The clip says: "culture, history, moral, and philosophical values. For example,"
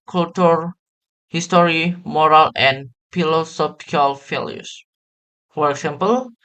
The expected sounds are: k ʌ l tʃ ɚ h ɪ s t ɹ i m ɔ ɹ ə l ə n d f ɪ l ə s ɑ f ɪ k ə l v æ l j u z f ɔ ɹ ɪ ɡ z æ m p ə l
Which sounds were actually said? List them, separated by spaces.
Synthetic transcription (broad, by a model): k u l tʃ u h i s t ɹ i m ɔ ɹ ə l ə n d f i l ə s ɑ p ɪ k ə l f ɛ l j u s f ɔ ɹ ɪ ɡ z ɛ m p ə l